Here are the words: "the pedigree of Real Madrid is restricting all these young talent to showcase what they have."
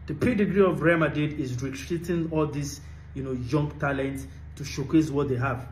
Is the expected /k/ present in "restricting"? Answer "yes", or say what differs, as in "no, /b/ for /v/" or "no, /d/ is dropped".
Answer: no, /k/ is dropped